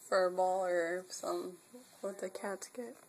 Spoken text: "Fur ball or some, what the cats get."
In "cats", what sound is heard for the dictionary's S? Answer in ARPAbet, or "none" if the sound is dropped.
none